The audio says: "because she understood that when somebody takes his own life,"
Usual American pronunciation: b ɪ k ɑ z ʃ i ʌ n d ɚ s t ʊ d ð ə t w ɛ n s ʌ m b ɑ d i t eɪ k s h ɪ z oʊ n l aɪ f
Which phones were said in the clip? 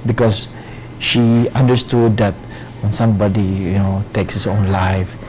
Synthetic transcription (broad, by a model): b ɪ k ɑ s ʃ i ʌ n d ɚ s t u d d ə t w ɛ n s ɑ m b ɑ d i t eɪ k s h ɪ s oʊ n l aɪ f